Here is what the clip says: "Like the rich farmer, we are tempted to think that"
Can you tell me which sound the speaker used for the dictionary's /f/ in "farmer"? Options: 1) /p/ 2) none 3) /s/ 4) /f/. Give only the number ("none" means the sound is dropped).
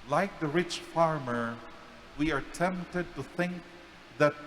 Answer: 4